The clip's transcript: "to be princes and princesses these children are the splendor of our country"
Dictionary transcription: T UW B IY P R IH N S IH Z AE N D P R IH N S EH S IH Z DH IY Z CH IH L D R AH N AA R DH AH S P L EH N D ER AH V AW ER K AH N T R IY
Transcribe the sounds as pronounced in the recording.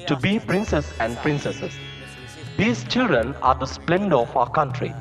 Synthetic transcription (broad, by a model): T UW B IY P R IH N S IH S AE N D P R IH N S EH S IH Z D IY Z CH IH L D R AH N AA R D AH S P L EH N D ER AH F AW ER K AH N T R IY